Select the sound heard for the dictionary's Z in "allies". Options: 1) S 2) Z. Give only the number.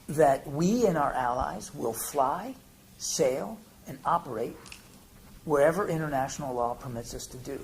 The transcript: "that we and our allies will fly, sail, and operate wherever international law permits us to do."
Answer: 2